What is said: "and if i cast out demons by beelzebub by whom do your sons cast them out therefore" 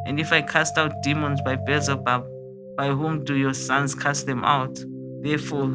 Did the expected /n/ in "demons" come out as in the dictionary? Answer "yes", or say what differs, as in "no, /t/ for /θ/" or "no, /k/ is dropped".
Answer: yes